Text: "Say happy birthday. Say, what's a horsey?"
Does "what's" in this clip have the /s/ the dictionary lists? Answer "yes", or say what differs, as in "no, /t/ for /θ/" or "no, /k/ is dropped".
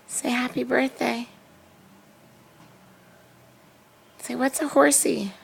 yes